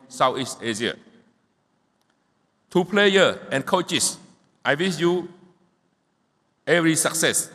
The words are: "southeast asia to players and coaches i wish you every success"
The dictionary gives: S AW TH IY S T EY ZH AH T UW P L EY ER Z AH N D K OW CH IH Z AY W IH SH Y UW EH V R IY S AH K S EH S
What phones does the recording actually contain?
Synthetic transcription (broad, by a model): S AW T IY S T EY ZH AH T UW P L EY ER AH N K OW CH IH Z AY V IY S Y UW EH V R IY S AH K S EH S